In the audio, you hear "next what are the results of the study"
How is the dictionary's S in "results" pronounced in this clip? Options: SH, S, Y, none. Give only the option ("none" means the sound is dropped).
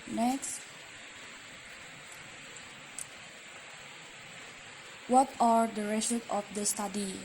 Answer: none